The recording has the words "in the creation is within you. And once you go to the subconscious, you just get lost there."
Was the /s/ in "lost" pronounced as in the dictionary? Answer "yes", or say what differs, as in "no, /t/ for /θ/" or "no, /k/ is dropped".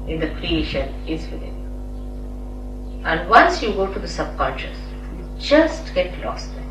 yes